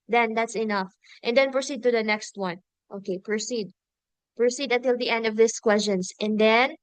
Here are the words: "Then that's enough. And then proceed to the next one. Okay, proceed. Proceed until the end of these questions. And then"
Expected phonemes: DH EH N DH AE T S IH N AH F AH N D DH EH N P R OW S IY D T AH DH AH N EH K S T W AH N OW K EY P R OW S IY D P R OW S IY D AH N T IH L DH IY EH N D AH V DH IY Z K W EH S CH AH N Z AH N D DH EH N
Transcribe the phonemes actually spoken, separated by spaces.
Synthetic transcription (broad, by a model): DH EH N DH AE T S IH N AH F AH N D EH N P R OW S IY D T AH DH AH N EH K S T W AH N OW K EY P R OW S IY D P R OW S IY D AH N T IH L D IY EH N D AH V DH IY S K W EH S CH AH N S AH N D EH N